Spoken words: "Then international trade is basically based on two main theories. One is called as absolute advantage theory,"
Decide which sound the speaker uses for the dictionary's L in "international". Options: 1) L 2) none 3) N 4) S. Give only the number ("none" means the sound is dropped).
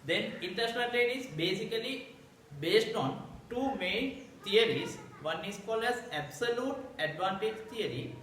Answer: 3